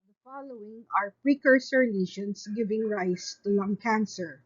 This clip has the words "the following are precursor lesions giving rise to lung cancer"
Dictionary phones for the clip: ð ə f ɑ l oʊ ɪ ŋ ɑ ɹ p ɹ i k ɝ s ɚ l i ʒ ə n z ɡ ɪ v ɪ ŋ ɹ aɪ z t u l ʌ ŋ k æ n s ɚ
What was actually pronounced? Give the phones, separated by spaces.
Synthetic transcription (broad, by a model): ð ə f ɑ l oʊ ɪ ŋ ɑ ɹ p ɹ i k ɝ s ɚ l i ʃ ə n s ɡ ɪ v ɪ ŋ ɹ aɪ s t u l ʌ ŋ k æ n s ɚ